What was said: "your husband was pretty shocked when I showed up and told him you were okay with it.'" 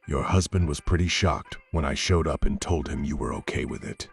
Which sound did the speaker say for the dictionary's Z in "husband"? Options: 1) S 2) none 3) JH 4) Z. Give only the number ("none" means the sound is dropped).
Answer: 4